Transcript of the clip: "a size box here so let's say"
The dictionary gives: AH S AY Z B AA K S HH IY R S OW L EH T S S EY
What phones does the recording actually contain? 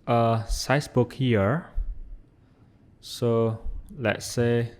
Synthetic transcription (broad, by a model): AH S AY S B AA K HH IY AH S OW L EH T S S EY